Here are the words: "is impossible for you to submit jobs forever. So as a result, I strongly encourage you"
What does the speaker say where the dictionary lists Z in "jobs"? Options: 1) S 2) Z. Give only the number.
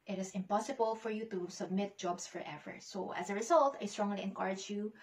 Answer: 1